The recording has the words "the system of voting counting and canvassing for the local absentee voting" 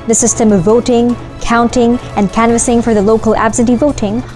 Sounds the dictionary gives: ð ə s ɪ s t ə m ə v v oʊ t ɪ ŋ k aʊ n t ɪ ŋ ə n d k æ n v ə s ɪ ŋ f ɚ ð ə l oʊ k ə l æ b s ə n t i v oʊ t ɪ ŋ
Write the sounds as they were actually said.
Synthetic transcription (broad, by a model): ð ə s ɪ s t ə m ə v v oʊ t ɪ ŋ k aʊ n t ɪ ŋ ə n k æ n v ə s ɪ ŋ f ɚ ð ə l oʊ k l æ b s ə n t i v oʊ t ɪ ŋ